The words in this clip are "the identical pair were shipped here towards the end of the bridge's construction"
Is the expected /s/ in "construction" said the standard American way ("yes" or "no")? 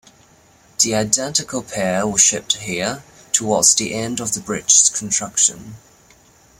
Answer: no